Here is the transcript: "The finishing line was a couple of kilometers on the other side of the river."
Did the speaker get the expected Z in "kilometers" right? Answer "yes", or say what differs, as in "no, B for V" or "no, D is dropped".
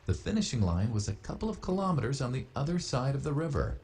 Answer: yes